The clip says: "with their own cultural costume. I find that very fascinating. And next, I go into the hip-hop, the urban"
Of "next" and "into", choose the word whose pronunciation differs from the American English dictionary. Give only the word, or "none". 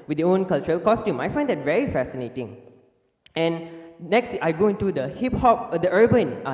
none